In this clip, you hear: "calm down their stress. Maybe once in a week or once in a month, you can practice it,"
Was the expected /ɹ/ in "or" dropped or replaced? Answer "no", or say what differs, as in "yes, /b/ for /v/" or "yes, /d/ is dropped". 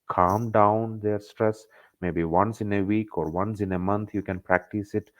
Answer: no